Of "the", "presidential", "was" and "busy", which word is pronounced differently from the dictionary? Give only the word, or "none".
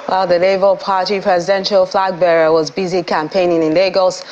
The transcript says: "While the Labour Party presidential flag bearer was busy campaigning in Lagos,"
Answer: none